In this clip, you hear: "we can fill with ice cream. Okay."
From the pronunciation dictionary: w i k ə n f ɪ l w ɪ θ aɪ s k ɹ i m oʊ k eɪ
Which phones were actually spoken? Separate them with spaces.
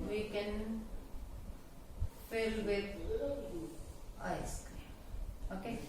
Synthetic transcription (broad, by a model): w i k ə n f ɪ l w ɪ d aɪ s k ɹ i oʊ k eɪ